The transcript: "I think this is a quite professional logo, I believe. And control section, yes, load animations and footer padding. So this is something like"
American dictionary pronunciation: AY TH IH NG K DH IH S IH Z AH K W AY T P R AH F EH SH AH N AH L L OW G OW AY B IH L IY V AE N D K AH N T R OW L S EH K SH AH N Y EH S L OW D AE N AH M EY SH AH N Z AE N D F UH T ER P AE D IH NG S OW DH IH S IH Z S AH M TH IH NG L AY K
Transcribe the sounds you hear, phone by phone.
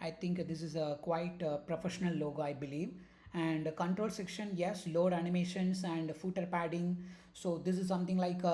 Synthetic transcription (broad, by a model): AY T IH NG K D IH S IH Z AH K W AY T P R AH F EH SH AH N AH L L OW G OW AY B IH L IY V AE N D K AH N T R OW L S EH K SH AH N Y EH S L OW D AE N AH M EY SH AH N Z AE N D F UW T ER P AE D IH NG S OW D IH S IH Z S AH M T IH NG L AY K